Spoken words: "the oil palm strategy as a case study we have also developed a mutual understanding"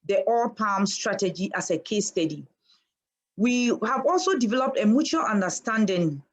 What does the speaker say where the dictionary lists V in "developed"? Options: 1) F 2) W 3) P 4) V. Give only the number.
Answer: 4